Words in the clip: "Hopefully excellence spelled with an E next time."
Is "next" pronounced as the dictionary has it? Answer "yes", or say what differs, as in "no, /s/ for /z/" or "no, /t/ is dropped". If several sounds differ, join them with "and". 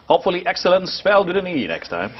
yes